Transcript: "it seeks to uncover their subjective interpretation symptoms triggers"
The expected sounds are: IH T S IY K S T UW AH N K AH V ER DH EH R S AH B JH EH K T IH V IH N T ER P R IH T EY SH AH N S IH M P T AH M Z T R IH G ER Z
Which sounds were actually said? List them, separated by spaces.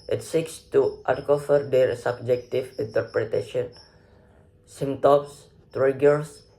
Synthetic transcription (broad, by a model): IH T S IY K S T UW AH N K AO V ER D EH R S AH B JH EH K T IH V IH N T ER P R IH T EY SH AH N S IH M T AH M S T R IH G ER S